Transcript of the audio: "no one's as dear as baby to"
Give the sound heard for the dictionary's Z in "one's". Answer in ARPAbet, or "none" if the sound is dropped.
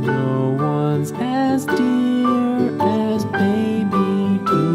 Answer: Z